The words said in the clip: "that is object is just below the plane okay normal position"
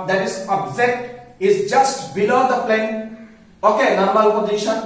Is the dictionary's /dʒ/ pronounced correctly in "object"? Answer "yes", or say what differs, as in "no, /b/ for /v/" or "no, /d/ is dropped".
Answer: no, /z/ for /dʒ/